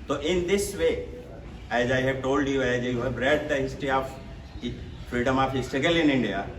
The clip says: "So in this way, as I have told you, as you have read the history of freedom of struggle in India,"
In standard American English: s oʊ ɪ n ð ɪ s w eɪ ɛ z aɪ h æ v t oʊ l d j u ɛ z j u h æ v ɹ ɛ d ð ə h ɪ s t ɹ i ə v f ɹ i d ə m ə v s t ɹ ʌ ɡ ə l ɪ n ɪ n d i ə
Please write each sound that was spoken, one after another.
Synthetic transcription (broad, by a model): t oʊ ɪ n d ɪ s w eɪ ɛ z aɪ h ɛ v t oʊ l d j u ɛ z j u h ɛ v ɹ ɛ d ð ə h ɪ s t ɹ i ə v f ɹ i d ə m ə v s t ʌ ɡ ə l ɪ n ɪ n d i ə